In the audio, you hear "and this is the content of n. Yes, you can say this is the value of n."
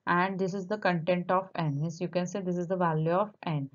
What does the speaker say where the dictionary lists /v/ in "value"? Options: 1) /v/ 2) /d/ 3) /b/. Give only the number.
1